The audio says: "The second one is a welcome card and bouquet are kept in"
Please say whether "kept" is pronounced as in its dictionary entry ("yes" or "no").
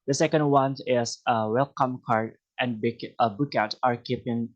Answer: no